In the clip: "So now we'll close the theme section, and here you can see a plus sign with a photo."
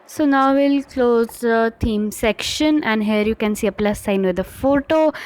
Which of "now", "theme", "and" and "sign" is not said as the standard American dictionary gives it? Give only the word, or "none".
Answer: theme